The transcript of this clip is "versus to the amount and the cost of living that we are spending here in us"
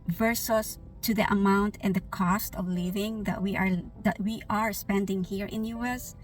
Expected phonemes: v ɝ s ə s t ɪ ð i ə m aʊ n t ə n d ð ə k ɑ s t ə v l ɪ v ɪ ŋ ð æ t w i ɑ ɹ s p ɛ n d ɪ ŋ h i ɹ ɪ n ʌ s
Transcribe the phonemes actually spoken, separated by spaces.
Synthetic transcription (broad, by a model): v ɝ s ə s t ɪ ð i ə m aʊ n t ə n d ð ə k ɑ s t ə v l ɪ v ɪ ŋ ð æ t w i ɑ ɹ s p ɛ n d ɪ ŋ h i ɹ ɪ n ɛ s